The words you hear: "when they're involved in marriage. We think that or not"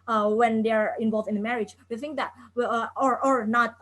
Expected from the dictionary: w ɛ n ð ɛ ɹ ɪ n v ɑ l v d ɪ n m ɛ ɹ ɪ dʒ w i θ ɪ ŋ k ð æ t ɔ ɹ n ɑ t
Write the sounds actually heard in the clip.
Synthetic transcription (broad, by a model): w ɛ n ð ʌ ɹ ɪ n v ɑ l v d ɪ n m ɛ ɹ ɪ dʒ w i θ ɪ ŋ k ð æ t ɔ ɹ n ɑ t